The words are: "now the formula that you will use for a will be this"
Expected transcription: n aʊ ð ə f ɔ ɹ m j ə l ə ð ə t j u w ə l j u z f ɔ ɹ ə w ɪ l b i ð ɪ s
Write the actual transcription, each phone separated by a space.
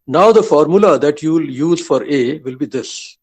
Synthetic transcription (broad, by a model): n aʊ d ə f ɔ ɹ m j ə l ə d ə t j u l j u z f ɔ ɹ ə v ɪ l b i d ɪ s